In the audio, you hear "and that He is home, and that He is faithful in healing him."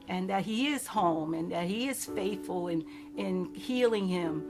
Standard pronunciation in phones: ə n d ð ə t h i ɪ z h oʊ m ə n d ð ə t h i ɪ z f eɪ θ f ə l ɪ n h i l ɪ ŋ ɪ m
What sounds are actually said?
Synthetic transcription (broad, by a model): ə n ð ə t h i ɪ z h oʊ m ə n ð ə t h i ɪ z f eɪ θ f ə n ɪ n h i l ɪ ŋ ɪ m